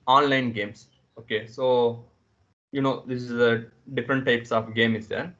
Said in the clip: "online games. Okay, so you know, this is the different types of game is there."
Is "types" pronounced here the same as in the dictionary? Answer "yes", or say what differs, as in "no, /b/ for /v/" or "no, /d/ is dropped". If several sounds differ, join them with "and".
yes